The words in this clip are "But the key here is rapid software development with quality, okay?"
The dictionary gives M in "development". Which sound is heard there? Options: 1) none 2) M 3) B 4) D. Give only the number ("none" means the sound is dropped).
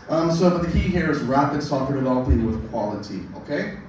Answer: 1